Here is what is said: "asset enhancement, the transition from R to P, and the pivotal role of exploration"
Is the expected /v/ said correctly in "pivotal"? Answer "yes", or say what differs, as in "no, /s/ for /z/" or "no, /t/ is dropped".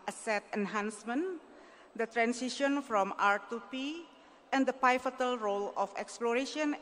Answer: no, /f/ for /v/